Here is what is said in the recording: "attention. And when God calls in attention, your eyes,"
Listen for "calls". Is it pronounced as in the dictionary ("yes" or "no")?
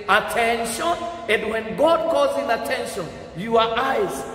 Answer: no